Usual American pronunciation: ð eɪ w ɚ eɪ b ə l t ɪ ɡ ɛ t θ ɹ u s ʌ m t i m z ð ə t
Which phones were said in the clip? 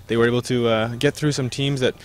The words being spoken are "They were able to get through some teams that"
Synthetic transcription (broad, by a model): ð eɪ w ɚ eɪ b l t ɪ ɡ ɛ t θ ɹ u s ʌ m t i m z ð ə t